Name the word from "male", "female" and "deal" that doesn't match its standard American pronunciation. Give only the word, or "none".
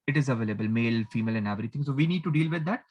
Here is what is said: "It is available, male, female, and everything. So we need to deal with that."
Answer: none